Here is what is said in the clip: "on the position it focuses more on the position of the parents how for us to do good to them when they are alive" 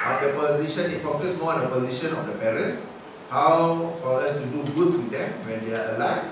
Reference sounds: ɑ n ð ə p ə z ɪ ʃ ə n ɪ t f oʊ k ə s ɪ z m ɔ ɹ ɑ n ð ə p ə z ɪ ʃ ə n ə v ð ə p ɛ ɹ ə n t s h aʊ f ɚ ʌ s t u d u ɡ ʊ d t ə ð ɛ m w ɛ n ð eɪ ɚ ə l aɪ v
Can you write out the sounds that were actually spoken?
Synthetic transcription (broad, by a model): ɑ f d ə p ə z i ʃ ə n ɪ t f oʊ k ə s m ɔ ɑ n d ə p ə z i ʃ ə n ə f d ə p ɛ ɹ ə n t s h aʊ f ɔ ʌ s t u d u ɡ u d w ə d ɛ m w ɛ n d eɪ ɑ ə l aɪ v